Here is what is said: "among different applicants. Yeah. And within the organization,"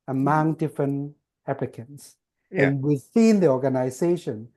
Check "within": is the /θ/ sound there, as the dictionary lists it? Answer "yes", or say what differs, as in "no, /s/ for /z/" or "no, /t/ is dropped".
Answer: no, /s/ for /θ/